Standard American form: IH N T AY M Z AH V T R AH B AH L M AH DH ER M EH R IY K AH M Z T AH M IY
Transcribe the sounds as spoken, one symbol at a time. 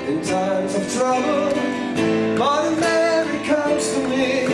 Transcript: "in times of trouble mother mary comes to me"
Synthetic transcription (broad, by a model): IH N T AY M Z AH V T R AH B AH L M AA IH M EH R IY K AH M Z T AH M IY